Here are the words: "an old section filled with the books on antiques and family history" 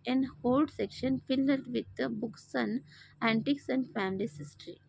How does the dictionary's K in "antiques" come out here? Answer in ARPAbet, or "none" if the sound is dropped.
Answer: K